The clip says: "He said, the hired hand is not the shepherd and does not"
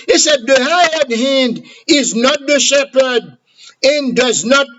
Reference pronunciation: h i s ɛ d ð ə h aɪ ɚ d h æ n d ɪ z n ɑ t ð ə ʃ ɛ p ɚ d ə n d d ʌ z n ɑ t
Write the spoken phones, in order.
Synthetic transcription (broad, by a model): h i s ɛ d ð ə h aɪ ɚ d h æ n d ɪ z n ɑ t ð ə ʃ ɛ p ɚ d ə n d d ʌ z n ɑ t